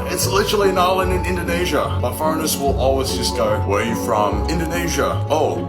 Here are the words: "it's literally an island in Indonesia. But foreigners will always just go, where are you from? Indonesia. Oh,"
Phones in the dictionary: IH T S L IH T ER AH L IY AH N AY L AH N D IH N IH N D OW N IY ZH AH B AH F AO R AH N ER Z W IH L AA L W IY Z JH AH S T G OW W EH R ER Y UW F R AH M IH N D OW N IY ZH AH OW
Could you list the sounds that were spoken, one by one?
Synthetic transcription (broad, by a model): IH T S L IH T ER L IY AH N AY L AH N IH N IH N D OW N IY ZH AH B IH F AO AH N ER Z W IH L AA L W IY Z JH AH S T G OW W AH R Y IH F R AH M IH N D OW N IY ZH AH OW